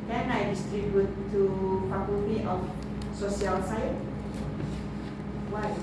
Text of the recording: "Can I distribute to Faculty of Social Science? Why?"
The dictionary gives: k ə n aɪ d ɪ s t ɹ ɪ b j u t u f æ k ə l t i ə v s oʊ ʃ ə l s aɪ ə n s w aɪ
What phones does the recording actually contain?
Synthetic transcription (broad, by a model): k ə n aɪ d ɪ s t ɹ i b j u t u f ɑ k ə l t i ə f s oʊ s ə l s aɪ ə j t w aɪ